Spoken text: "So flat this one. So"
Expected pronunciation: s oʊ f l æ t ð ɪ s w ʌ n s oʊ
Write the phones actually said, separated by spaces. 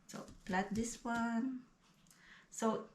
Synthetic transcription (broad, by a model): s oʊ p l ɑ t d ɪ s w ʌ n s oʊ